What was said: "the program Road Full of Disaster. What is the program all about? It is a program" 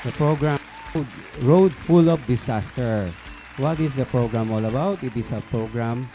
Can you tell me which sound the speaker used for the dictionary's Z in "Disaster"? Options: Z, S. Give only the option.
S